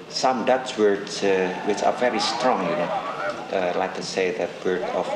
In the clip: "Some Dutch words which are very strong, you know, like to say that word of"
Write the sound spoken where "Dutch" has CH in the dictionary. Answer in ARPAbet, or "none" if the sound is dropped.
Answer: S